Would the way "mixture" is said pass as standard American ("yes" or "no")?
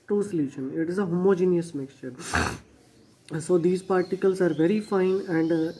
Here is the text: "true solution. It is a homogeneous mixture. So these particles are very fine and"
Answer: yes